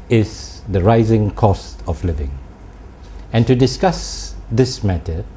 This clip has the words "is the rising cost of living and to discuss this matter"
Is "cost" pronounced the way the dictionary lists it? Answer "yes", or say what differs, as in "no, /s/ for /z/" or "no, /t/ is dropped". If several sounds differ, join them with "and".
yes